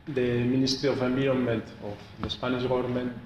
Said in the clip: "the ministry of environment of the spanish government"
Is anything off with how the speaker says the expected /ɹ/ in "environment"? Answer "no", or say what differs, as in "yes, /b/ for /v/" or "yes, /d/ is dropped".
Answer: yes, /ɹ/ is dropped